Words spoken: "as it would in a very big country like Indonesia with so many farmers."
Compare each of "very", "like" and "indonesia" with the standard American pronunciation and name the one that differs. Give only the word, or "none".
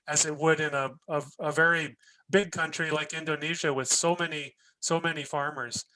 none